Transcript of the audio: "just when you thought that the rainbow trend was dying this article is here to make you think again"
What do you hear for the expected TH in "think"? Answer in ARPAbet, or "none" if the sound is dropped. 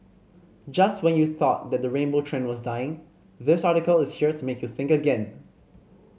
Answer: TH